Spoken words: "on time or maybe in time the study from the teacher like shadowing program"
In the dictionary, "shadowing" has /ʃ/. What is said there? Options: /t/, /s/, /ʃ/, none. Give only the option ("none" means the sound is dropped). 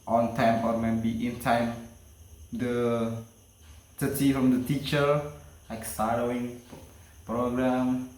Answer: /s/